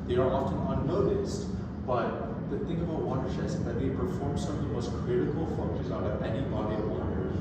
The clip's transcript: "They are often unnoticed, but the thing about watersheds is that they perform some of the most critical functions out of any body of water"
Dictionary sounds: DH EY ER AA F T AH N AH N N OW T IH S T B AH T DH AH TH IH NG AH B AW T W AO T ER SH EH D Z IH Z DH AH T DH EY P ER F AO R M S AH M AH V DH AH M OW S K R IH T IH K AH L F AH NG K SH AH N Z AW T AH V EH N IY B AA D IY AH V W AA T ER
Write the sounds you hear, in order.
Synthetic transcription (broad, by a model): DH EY ER AA F T AH N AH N N OW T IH S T B AH T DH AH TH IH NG AH B AW T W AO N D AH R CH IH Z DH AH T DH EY P ER F AO R M S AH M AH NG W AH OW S K R IH T IH K AH L F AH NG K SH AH Z AW T AH V EH N IY B AA D IY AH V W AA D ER